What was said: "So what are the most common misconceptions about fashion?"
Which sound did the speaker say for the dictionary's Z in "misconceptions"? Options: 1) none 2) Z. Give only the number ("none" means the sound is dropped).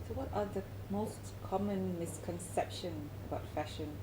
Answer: 1